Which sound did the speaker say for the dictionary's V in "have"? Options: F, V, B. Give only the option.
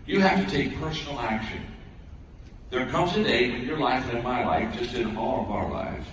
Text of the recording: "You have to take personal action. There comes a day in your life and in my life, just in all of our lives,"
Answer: F